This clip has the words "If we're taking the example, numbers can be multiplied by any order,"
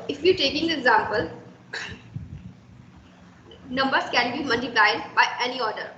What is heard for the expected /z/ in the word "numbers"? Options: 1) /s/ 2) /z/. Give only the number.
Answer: 1